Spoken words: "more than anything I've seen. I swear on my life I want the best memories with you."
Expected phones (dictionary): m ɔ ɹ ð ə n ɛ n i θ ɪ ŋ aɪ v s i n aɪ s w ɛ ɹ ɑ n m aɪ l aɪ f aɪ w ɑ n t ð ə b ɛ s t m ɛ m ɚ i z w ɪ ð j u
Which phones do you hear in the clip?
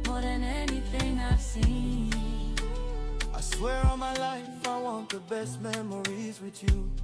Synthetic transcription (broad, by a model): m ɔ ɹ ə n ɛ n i f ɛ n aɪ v s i aɪ s w ɛ ɹ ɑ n m aɪ l aɪ f aɪ w ɑ n t ð ə b ɛ s t m ɛ m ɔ i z w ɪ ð j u